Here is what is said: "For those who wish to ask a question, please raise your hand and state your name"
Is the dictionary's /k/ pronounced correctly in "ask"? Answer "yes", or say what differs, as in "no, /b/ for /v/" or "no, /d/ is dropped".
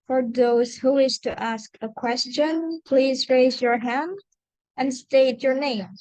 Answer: yes